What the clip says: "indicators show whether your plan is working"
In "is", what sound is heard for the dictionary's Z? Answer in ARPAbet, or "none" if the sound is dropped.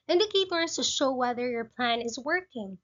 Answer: Z